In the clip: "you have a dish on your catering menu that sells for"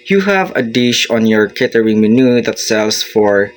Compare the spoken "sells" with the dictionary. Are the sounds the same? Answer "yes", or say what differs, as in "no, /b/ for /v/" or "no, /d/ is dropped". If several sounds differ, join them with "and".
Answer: no, /s/ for /z/